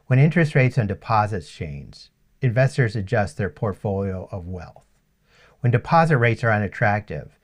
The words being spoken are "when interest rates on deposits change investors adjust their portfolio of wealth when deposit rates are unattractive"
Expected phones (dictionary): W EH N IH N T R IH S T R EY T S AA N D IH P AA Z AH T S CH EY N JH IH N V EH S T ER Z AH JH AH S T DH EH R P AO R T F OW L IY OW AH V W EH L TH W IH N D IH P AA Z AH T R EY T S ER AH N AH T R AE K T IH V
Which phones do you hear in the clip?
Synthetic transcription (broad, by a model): W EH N IH N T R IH S T R EY T S N D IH P AA Z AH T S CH EY N Z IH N V EH S T ER Z AH JH AH S T DH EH R P AO R T F OW L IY OW AH V W EH L TH W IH N D IH P AA Z AH T R EY T S ER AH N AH T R AE K T IH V